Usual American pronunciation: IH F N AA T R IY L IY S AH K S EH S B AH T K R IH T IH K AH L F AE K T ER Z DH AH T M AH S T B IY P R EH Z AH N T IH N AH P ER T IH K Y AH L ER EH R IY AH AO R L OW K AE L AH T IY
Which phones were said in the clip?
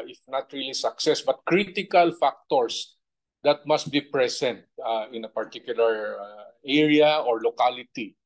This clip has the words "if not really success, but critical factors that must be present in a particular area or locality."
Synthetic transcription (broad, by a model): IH F N AA T R IY L IY S AH K S EH S B AH T K R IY T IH K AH L F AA K T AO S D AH T M AH S T B IY P R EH S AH N T IH N AH P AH T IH K Y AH L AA EH R IY AH AO R L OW K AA L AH T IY